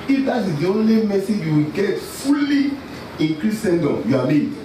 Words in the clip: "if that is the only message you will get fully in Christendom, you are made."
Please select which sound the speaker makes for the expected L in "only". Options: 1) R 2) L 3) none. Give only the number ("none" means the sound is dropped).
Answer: 2